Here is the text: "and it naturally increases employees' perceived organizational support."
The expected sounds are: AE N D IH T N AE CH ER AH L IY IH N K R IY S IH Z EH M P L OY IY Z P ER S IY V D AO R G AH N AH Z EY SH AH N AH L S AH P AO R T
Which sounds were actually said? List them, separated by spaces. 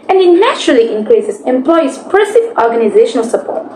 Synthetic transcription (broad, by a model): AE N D IH T N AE CH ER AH L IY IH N K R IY S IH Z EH M P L OY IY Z P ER S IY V AO R G AH N AH Z EY SH AH N AH L S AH P AO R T